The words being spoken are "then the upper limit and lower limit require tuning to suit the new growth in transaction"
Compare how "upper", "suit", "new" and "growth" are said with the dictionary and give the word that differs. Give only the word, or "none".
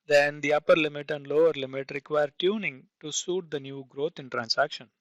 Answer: growth